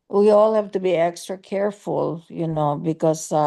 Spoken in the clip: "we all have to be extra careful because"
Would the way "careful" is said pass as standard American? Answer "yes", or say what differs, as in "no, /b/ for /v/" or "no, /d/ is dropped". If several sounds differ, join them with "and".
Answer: no, /n/ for /l/